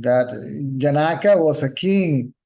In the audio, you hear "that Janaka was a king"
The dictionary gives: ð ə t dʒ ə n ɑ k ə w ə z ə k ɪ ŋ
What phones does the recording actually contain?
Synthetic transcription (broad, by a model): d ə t dʒ ə n ɑ k ə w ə s ə k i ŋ